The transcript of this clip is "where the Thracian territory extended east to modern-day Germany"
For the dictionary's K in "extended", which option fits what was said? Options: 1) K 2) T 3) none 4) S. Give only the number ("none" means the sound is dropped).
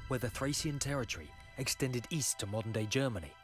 1